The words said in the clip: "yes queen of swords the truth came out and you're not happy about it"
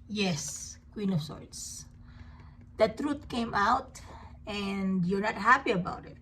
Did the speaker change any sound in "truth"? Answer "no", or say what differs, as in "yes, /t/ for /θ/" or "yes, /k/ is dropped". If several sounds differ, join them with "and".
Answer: yes, /t/ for /θ/